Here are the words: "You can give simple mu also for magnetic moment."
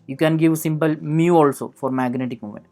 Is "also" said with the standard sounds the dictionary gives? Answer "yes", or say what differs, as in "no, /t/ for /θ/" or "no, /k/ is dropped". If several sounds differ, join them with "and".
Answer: yes